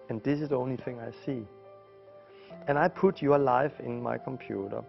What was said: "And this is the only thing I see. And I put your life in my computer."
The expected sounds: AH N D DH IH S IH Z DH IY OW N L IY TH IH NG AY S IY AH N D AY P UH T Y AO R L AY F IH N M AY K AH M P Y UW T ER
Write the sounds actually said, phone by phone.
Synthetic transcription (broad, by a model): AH N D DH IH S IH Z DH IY OW N L IY TH IH NG AY S IY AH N AY P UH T Y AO L AY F IH N M AY K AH M P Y UW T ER